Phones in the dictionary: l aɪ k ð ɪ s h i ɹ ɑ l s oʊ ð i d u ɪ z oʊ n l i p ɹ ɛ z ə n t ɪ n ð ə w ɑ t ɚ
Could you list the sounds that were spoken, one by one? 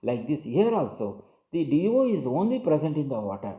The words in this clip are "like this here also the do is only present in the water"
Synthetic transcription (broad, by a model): l aɪ k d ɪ s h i ɹ ɑ l s oʊ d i d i ɪ z oʊ n l i p ɹ ɛ z ə n t ɪ n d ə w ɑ t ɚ